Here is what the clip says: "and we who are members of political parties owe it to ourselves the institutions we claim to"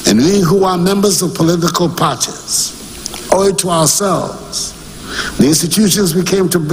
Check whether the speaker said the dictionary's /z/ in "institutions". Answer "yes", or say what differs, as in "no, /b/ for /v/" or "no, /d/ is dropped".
yes